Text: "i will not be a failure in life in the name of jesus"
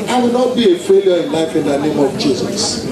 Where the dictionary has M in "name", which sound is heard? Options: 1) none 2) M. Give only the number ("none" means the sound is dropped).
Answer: 2